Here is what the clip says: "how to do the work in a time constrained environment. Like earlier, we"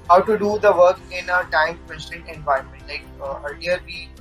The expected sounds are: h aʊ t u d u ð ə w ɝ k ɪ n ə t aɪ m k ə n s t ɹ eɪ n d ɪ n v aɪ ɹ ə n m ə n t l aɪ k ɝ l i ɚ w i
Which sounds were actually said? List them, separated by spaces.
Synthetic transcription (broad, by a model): h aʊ t u d u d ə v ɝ k ɪ n ə t aɪ m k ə s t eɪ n ɪ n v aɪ ə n m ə n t l aɪ k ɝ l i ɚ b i